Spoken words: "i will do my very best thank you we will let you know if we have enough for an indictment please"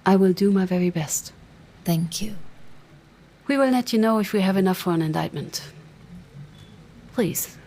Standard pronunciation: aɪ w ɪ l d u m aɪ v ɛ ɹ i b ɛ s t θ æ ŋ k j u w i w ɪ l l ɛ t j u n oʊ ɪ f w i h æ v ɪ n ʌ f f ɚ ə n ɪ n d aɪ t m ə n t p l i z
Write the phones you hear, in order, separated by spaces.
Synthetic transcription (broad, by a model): aɪ w ɪ l d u m aɪ v ɛ ɹ i b ɛ s t θ æ ŋ k j u w i w ɪ l n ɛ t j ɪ n oʊ ɪ f w i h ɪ v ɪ n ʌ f f ɚ ə n ɪ n d aɪ t m ə n t p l i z